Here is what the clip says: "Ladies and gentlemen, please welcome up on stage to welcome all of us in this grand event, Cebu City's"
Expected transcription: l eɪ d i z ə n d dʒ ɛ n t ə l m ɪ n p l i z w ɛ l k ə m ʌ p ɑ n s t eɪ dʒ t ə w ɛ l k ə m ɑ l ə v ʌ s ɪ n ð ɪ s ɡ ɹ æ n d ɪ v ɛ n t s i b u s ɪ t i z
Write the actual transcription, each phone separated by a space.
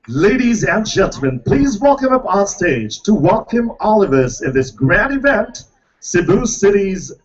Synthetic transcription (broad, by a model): l eɪ d i z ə n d dʒ ɛ n t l m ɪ n p l i z w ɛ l k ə m ʌ p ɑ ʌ s t eɪ dʒ t ə w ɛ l k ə m ɑ l ə v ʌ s ɪ n ð ɪ s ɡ ɹ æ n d ɪ v ɛ n t s i b u s ɪ t i z